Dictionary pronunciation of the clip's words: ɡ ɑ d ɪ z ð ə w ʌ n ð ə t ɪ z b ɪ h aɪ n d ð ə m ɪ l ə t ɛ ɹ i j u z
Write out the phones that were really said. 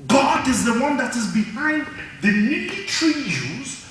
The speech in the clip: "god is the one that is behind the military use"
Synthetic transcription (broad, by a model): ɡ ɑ d ɪ z ð ə w ʌ n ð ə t ɪ z b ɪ h aɪ n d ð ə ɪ n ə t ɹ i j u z